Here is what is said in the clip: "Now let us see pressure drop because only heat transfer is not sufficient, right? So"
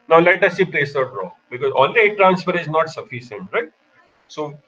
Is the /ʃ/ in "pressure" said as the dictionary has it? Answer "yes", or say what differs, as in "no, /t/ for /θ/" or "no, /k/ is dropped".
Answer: no, /s/ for /ʃ/